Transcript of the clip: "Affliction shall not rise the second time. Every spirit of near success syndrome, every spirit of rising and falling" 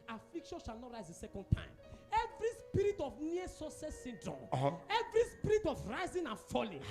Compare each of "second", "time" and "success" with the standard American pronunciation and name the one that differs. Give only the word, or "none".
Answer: success